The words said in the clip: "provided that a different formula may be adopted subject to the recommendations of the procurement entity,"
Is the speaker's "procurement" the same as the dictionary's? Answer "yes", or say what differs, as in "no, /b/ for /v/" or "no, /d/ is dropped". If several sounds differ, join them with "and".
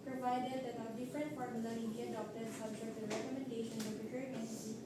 no, /m/ is dropped